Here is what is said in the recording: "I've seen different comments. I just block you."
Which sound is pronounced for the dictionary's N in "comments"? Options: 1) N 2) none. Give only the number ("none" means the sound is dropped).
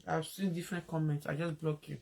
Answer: 1